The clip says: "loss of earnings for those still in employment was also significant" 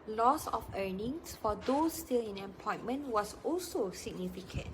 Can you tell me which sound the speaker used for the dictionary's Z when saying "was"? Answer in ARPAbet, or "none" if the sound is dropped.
S